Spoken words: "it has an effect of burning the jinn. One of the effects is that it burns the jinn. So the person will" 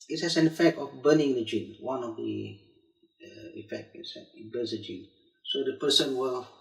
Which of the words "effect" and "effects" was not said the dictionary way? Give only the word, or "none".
effects